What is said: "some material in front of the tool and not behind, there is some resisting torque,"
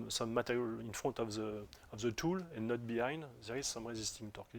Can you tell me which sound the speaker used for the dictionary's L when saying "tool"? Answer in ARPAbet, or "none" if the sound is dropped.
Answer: L